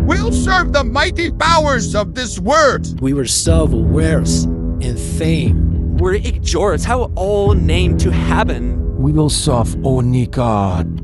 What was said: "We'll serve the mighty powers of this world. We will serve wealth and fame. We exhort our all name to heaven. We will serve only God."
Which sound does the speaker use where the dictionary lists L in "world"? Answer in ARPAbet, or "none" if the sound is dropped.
none